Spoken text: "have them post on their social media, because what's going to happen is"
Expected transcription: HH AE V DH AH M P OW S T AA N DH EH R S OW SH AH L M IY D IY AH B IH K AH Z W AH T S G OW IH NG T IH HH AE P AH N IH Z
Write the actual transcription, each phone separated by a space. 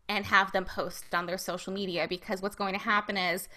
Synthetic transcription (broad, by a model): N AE V DH AH M P OW S T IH N DH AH R S OW SH L M IY D IY AH B IH K AH Z W AH T S G OW IH NG T IH HH AE P AH N IH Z